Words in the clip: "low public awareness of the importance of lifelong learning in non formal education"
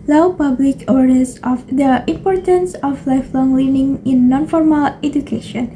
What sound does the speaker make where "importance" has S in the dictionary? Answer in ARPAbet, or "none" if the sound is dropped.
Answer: S